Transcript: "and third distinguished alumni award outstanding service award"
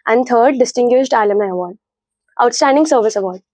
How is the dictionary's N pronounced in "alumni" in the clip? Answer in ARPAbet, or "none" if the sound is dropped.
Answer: none